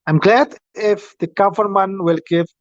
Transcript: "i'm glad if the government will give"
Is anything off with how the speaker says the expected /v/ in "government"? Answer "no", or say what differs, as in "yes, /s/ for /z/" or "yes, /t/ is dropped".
yes, /f/ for /v/